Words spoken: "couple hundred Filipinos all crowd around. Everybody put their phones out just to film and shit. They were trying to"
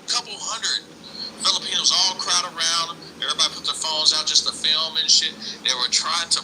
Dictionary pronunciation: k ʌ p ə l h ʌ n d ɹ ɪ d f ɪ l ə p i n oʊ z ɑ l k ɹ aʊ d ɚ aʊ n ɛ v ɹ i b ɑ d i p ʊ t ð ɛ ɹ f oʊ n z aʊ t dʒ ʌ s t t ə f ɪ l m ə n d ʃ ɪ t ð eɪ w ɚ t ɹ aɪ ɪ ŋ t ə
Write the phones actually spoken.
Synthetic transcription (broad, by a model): k ʌ p l h ʌ n d ɹ ɪ d f ɪ l ə p i n oʊ z ɑ l k ɹ aʊ d ɚ aʊ n ɛ v ɹ i b ɑ d i p ʊ t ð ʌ ɹ f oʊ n z aʊ t dʒ ʌ s t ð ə f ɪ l m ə n ʃ ɪ t ð eɪ w ɚ t ɹ aɪ ɪ ŋ t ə